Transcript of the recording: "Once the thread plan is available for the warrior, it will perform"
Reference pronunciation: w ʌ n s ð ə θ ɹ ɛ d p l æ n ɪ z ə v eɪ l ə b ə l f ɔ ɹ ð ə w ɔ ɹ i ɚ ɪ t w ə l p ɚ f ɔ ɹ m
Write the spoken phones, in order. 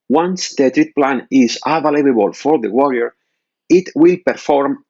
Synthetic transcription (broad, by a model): w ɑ n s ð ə t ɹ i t p l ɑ n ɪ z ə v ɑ l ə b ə l f ɔ ɹ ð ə w ɔ ɹ i ɚ ɪ t w ə l p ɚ f ɔ ɹ m